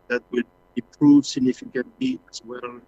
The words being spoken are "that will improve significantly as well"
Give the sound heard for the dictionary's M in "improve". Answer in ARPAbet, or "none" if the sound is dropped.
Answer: none